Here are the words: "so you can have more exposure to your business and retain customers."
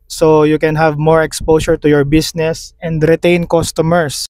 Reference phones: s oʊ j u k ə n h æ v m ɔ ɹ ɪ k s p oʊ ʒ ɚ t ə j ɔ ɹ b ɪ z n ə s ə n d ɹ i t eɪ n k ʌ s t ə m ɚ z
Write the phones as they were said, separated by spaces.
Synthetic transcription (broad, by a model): s oʊ j u k ə n h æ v m ɔ ɹ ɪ k s p oʊ s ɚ t ə j ɔ ɹ b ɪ s n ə s ə n d ɹ i t eɪ n k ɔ s t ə m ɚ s